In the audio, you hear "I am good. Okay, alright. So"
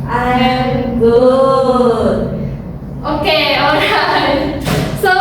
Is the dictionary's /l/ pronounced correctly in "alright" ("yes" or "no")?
no